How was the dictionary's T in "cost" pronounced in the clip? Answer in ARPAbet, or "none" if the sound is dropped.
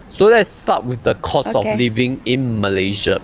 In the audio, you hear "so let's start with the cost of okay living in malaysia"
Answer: none